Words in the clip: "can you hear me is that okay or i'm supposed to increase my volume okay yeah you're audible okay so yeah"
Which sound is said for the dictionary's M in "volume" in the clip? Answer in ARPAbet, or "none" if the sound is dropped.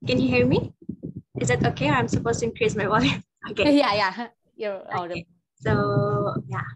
none